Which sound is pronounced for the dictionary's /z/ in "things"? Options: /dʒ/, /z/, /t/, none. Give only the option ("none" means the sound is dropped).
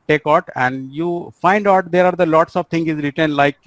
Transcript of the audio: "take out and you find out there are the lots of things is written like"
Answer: none